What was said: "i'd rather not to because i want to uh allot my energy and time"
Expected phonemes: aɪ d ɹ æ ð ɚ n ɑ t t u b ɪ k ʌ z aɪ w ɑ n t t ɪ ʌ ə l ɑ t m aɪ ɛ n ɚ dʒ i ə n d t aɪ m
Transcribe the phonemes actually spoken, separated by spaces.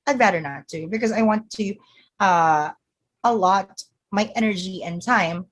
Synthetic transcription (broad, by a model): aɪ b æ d ɚ n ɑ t t u b ɪ k ʌ z aɪ w ɑ n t t ɪ ʌ ə l ɑ t m aɪ ɛ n ɚ dʒ i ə n t aɪ m